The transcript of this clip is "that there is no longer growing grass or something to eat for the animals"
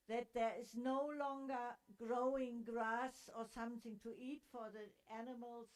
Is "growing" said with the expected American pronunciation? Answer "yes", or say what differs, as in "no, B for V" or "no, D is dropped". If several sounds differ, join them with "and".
yes